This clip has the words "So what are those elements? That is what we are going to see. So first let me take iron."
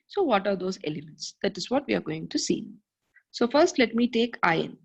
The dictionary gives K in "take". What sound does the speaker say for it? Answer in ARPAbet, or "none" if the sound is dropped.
K